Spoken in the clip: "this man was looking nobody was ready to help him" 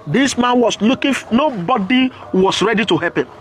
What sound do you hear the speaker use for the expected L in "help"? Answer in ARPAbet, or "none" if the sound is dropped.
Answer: none